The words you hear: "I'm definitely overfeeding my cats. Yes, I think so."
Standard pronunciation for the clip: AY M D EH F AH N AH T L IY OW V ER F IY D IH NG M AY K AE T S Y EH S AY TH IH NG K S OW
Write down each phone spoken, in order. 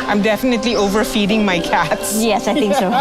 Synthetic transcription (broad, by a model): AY M D EH F AH N AH T L IY OW V ER F IY D IH NG M AY K AE T S Y EH S AY T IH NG K S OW